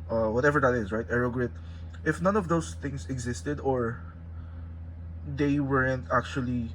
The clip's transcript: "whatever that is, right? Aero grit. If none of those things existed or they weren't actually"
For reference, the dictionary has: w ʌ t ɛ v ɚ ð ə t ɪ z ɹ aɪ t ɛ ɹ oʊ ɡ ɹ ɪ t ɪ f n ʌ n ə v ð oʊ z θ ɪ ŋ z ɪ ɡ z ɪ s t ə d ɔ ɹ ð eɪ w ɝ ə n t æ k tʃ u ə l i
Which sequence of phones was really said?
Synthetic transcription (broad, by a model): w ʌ t ɛ v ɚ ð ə t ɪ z ɹ aɪ t ɛ ɹ oʊ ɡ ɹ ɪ t ɪ f n ʌ n ə v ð oʊ s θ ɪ ŋ s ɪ ɡ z ɪ s t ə d ɔ ɹ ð eɪ w ɝ ə n t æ k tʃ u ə l i